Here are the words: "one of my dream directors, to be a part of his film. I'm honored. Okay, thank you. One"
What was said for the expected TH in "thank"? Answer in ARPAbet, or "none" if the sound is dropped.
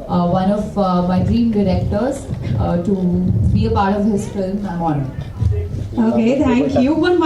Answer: T